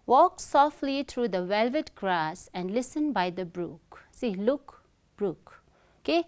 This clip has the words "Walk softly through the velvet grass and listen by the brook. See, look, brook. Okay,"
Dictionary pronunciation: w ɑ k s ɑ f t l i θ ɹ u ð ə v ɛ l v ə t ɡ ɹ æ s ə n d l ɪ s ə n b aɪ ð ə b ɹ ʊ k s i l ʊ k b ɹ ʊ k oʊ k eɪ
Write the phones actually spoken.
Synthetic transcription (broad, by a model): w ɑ k s ɑ f t l i t ɹ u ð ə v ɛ l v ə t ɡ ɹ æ s ə n d l ɪ s ə n b aɪ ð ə b ɹ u k s i l ʊ k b ɹ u k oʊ k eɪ